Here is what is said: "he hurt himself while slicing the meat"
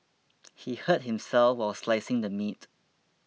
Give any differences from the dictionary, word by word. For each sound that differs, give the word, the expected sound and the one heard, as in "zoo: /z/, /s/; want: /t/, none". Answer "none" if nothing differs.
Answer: none